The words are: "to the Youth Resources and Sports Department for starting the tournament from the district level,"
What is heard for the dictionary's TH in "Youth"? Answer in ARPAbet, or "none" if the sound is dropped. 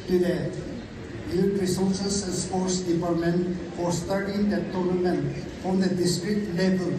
T